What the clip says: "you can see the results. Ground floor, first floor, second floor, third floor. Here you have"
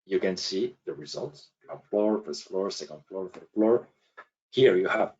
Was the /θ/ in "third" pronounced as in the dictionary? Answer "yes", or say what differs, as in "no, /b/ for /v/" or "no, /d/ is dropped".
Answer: no, /f/ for /θ/